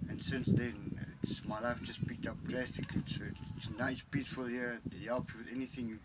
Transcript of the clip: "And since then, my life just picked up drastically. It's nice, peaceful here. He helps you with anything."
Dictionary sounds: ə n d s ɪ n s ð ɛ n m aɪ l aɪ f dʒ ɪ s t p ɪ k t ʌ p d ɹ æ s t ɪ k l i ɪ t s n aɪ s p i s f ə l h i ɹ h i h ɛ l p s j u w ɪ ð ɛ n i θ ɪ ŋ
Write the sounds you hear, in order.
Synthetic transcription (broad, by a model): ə n s ɪ n s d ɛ n m aɪ l aɪ f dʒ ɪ s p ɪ k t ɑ p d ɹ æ s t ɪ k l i ɪ t s n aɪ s p i s f ə l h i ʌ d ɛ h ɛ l p j u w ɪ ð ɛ n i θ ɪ ŋ